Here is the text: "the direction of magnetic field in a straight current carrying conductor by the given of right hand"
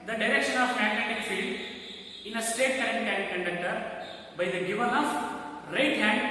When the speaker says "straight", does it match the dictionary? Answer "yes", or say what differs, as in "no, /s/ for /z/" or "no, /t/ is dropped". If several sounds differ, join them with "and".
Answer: no, /ɹ/ is dropped